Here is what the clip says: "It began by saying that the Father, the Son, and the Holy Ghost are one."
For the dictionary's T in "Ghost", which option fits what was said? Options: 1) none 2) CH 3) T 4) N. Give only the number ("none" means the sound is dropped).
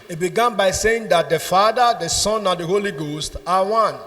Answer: 3